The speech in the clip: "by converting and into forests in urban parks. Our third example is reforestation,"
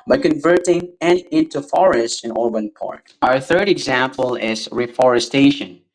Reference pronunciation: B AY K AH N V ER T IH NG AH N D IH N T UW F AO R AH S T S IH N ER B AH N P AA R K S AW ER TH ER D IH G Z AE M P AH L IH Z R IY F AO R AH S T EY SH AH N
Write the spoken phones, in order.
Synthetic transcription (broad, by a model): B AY K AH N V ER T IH NG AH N IH N T UW F AO R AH S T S IH N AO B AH N P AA R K AW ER TH ER D IH G Z AE M P AH L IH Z R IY F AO R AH S T EY SH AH N